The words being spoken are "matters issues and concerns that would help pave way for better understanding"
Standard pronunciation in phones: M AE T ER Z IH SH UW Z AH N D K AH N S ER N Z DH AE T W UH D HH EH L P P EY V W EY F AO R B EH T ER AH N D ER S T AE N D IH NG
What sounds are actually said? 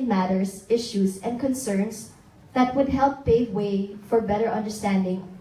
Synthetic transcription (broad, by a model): M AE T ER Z IH SH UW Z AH N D K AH N S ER N S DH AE T W UH D HH EH L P P EY V W EY F AO R B EH T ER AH N D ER S T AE N D IH NG